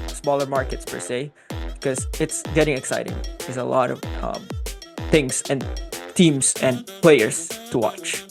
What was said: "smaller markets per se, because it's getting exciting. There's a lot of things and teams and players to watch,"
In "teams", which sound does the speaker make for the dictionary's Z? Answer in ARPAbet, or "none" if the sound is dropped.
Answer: S